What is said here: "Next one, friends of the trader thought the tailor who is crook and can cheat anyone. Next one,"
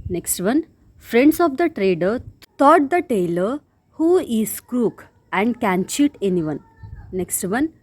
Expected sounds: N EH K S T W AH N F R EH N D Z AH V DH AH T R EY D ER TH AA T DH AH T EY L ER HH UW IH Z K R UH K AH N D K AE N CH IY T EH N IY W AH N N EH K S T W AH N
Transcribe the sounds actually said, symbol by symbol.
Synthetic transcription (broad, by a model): N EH K S T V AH N F R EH N D S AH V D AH T R EY D ER T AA T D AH T EY L ER HH UW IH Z K R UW K AH N D K AE N CH IY T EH N IY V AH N N EH K S T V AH N